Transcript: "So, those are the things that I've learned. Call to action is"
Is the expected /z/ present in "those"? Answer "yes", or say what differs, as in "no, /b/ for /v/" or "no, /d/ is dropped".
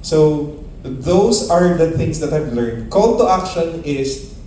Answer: no, /s/ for /z/